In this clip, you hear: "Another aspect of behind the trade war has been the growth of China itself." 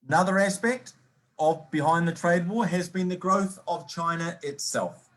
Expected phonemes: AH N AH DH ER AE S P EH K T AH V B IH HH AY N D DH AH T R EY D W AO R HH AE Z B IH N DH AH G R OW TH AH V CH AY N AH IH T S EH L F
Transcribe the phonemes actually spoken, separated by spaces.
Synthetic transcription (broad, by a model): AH N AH DH ER AE S P EH K T AH V B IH HH AY N DH AH T R EY D W AO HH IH Z B IH N DH AH G R OW TH AH V CH AY N AH IH T S EH L F